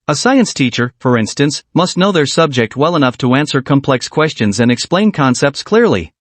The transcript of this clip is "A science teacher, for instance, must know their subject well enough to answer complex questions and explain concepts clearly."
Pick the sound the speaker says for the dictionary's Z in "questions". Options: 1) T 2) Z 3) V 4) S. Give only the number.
2